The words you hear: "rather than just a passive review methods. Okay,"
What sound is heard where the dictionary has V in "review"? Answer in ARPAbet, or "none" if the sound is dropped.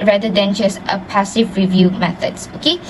V